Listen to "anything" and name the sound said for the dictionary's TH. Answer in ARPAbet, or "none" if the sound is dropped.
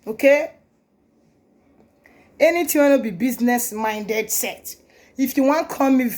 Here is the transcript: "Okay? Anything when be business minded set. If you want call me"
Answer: T